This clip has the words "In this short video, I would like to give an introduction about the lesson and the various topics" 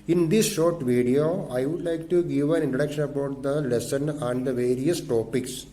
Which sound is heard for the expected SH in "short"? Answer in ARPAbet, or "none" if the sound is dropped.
SH